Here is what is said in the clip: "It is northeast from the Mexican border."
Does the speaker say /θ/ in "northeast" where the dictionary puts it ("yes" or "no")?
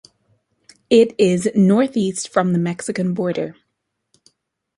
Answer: yes